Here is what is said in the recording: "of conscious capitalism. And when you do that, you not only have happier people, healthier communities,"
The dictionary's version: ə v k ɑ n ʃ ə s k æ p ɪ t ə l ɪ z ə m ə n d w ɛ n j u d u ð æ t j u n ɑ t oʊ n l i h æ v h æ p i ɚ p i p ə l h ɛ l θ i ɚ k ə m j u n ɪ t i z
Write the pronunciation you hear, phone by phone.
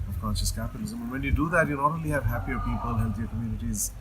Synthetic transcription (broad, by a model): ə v k ɑ n ʃ ə s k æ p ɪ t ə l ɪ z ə m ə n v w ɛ n j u d u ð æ t j u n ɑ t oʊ l i h æ v h æ p i ɚ p i p ə l h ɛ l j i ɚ k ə m j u n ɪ t i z